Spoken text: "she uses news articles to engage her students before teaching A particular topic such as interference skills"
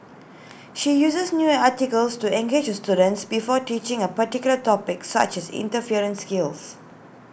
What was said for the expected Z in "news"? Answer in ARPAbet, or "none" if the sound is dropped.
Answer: none